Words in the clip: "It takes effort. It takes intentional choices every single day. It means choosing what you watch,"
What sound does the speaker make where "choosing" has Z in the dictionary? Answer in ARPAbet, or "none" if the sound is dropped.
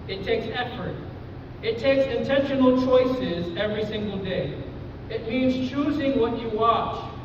Z